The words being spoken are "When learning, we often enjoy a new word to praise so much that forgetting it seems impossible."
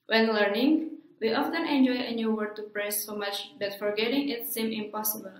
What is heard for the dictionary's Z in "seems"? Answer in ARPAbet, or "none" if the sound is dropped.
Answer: none